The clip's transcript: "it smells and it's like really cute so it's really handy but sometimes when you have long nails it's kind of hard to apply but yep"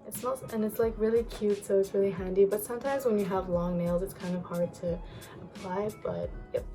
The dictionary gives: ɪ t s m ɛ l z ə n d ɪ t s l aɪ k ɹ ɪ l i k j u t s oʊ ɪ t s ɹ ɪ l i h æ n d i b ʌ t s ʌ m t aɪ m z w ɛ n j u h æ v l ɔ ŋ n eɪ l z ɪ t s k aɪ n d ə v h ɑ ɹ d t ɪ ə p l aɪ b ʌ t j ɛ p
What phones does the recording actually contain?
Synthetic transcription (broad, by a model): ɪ t s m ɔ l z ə n ɪ t s l aɪ k ɹ ɪ l i k j u t s oʊ ɪ t s ɹ ɪ l i h æ n d i b ʌ t s ʌ m t aɪ m z w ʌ n j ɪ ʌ v l ɔ ŋ n eɪ l z ɪ t s k aɪ n d ə v h ɑ ɹ d t ɪ ə p l aɪ b ʌ t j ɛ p